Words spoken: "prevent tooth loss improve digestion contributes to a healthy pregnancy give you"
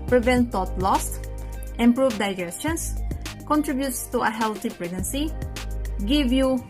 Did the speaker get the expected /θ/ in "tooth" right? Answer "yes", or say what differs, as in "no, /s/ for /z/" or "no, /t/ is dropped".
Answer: no, /t/ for /θ/